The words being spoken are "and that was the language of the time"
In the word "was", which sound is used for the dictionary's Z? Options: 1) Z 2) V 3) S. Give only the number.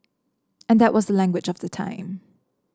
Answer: 1